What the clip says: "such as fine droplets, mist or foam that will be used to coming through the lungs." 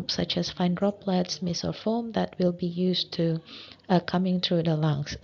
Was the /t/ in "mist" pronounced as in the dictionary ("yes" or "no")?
no